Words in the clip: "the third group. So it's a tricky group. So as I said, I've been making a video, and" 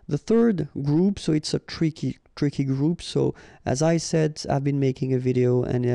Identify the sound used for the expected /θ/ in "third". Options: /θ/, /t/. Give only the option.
/θ/